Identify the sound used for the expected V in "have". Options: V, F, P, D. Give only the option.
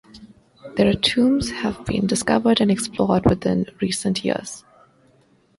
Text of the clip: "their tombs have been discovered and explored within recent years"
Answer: V